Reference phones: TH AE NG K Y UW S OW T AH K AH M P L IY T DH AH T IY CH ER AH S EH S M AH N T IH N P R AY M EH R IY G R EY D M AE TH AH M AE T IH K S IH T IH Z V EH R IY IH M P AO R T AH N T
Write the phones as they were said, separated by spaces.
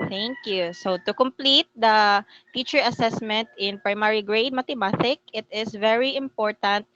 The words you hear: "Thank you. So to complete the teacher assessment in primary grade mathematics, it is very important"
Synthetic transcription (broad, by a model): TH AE NG K Y UW S OW T AH K AH M P L IY T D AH T IY CH ER AH S EH S M AH N T IH N P R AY M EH R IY G R EY D M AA T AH M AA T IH K IH T IH S V EH R IY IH M P AO R T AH N T